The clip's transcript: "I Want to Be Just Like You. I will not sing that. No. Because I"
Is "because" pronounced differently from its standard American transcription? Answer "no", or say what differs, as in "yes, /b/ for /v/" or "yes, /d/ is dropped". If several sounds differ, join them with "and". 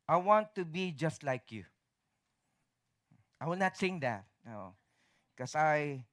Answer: yes, /s/ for /z/